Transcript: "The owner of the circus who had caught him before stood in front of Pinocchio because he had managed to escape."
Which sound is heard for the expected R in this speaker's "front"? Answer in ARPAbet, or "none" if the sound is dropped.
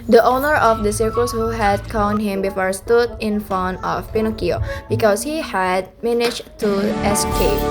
none